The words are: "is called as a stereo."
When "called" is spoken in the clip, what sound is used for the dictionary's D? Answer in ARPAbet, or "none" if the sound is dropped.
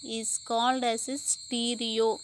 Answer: D